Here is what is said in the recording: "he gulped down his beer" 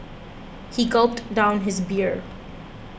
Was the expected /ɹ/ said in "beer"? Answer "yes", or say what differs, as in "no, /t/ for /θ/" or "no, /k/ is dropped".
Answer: yes